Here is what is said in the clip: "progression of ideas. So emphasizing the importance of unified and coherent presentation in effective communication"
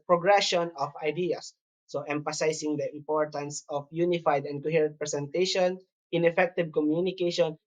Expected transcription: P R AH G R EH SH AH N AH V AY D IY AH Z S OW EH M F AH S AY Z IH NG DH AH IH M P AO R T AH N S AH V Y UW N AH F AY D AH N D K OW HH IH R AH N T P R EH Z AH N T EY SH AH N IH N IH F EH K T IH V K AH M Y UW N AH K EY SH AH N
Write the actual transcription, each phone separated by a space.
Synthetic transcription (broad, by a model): P R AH G R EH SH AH N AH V AY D IY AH S OW EH M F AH S AY S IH NG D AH IH M P AO R T AH N S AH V Y UW N AH F AY D AH N D K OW HH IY R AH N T P R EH S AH N T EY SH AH N IH N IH F EH K T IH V K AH M Y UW N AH K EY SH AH N